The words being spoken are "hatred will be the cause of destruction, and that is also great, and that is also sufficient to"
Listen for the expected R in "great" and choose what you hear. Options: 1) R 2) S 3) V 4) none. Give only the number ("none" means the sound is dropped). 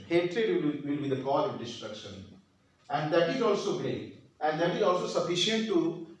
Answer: 4